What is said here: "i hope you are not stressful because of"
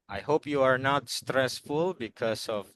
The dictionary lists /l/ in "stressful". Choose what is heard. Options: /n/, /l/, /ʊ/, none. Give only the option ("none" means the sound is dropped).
/l/